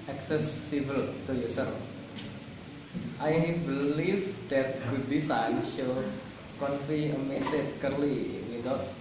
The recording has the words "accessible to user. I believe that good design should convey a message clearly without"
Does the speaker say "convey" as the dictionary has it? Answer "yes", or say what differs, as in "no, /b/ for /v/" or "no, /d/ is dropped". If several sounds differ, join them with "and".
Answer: no, /f/ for /v/